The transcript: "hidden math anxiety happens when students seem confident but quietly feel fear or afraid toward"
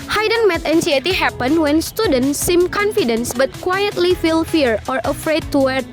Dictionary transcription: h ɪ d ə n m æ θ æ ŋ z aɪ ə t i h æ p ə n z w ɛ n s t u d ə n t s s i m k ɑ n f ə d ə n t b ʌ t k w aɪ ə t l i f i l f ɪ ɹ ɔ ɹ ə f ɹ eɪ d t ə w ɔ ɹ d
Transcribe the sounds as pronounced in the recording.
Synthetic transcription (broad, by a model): h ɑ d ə n m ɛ t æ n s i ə t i h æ p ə n w ɛ n s t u d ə n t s s i m k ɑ n f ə d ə n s b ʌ t k w aɪ ə t l i f i l f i ɹ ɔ ɹ ə f ɹ eɪ d t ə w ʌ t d